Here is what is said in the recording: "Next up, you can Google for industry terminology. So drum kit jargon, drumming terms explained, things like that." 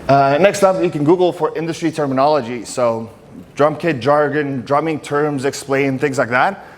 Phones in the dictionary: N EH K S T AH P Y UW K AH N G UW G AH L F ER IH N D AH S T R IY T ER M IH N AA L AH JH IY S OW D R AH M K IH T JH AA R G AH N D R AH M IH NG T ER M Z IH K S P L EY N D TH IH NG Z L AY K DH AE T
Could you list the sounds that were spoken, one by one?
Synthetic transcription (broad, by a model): N EH K S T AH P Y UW K AH N G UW G L F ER IH N D AH S T R IY T ER M IH N AA L AH JH IY S OW D R AH M K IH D JH AA R G AH N D R AH M IH NG T ER M Z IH K S P L EY N TH IH NG Z L AY K DH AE T